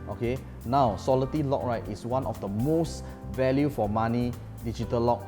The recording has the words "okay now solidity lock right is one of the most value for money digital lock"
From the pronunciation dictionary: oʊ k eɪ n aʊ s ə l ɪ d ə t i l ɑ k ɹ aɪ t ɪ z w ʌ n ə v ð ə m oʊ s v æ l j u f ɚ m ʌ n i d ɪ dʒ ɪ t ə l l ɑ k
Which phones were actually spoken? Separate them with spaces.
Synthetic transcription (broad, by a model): oʊ k eɪ n aʊ s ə l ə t i l ɑ k ɹ aɪ t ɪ s w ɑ n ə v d ə m oʊ s v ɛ l j u f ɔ m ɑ n i d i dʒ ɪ t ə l l ɑ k